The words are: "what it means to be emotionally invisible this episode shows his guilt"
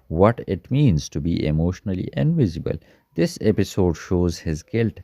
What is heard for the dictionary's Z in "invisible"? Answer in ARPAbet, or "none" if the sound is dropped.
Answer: Z